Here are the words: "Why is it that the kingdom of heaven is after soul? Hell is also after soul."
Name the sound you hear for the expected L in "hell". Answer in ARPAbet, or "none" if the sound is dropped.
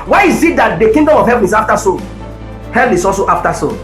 N